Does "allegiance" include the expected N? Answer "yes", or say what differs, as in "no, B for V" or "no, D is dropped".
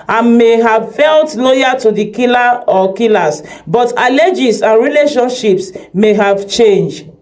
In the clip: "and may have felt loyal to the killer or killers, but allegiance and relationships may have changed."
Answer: no, N is dropped